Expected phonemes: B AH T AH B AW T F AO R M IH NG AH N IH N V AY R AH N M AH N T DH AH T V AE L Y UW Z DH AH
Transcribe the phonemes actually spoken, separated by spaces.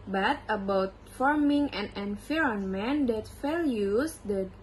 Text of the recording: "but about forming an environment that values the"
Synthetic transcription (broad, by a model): B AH T AH B AW T F AO R M IH NG AH N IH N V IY R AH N M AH N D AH T F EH L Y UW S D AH